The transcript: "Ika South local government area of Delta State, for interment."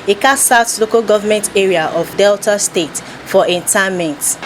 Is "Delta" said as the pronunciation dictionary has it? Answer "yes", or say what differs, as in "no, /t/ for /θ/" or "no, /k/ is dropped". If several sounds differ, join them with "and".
yes